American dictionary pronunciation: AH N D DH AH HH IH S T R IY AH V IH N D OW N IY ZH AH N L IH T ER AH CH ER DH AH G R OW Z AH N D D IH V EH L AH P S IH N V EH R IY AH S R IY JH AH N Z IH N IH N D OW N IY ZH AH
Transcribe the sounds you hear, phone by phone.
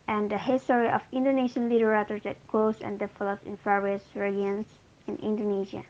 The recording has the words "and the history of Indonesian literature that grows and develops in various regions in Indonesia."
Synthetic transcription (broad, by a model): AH N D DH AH HH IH S T R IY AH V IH N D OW N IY SH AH N L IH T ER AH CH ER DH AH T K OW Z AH N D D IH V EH L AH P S IH N F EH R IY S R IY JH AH N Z IH N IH N D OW N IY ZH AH